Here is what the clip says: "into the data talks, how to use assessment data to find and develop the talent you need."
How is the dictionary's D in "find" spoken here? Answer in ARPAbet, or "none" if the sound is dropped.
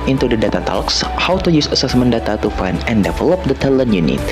none